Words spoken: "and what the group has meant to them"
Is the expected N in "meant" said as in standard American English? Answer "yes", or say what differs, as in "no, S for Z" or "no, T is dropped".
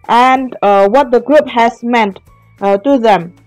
yes